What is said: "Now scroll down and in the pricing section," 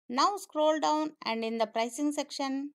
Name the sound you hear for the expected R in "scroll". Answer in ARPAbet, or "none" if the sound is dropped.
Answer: R